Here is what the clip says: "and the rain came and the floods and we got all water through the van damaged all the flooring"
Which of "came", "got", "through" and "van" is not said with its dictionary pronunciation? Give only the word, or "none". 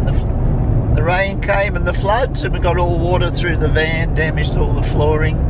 none